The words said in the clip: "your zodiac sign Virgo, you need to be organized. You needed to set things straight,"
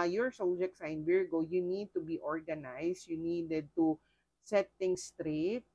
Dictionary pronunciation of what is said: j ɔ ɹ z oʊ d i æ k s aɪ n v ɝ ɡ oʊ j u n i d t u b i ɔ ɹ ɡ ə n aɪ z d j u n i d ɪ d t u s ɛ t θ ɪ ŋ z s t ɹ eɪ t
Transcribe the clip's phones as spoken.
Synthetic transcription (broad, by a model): j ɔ ɹ s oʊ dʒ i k s aɪ n b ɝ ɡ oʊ j u n i d t u b i ɔ ɹ ɡ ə n aɪ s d j u n i d ɪ d t u s ɛ t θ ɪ ŋ s t ɹ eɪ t